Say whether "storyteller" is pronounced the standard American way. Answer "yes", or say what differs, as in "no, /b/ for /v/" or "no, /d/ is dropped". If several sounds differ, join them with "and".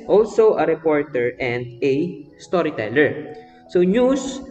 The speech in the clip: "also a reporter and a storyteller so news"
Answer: yes